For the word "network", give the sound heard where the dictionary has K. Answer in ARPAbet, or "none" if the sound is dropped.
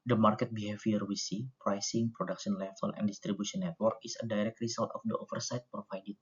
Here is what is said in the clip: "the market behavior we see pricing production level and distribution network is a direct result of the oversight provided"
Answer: K